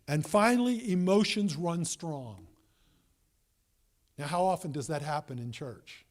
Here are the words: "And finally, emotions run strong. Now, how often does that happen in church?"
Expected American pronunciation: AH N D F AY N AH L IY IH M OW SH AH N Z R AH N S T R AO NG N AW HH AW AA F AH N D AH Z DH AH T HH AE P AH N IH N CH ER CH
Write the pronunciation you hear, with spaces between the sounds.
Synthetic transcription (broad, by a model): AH N F AY N L IY IH M OW SH AH N Z R AH N S T R AO NG N AW HH AW AA F AH N D AH Z DH AH T HH AE P AH N IH N CH ER CH